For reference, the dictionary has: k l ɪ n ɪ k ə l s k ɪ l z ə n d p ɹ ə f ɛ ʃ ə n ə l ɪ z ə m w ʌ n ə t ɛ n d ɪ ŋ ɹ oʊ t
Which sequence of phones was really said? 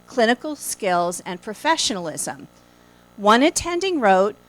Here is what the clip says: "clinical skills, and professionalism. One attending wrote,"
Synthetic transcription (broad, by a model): k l ɪ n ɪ k l s k ɪ l z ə n p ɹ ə f ɛ ʃ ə n l ɪ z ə m w ʌ n ə t ɛ n d ɪ ŋ ɹ oʊ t